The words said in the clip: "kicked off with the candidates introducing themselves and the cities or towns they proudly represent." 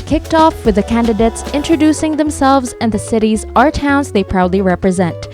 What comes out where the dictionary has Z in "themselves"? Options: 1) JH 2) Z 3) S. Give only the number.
2